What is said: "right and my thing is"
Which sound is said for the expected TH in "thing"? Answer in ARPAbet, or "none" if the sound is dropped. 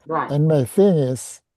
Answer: TH